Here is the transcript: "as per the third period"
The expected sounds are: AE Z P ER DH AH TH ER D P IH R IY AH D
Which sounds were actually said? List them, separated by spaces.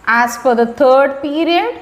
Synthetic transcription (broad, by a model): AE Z F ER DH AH T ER D P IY R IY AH D